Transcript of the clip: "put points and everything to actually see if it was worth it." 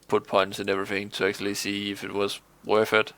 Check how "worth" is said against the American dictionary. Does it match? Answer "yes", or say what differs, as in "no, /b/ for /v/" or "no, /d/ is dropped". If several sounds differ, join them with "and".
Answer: no, /f/ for /θ/